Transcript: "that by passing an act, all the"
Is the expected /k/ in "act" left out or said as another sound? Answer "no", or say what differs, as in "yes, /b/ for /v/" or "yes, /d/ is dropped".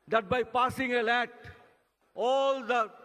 yes, /k/ is dropped